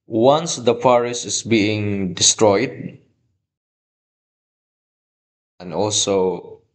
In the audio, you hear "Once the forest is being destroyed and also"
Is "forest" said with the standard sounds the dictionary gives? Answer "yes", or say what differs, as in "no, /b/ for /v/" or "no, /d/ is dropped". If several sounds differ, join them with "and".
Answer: no, /p/ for /f/ and /t/ is dropped